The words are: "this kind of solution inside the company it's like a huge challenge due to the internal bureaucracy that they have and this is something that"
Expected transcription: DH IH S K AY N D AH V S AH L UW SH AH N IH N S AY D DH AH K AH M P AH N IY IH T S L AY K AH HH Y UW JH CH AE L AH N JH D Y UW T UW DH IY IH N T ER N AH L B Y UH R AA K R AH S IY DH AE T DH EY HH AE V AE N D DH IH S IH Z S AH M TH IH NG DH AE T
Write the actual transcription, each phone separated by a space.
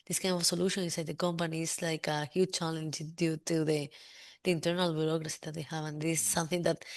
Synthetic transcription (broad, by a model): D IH S K AY N D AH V S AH L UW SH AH N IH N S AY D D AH K AH M P AH N IY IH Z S L AY K AH HH Y UW JH CH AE L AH N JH D Y UW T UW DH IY IH N T ER N AH L B Y UH R AA K R AH S IY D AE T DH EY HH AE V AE N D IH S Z S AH M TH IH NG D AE T